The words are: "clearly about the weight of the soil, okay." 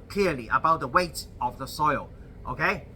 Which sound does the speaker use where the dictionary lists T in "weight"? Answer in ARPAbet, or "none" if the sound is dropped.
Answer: T